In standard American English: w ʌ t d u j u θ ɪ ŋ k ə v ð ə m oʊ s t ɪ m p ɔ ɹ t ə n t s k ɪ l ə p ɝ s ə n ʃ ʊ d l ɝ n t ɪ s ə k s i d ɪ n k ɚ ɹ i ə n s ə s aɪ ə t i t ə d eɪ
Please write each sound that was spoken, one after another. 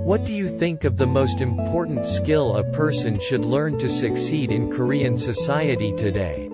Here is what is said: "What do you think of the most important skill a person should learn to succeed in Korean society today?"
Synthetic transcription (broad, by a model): w ʌ t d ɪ j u θ ɪ ŋ k ə v ð ə m oʊ s t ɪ m p ɔ ɹ t n t s k ɪ l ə p ɝ s ə n ʃ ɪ d l ɝ n t ɪ s ə k s i d ɪ n k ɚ ɹ i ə n s ə s aɪ ə t i t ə d eɪ